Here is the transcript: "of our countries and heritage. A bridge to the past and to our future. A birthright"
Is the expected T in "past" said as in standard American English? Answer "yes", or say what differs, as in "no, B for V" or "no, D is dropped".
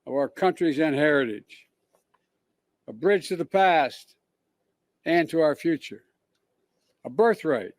yes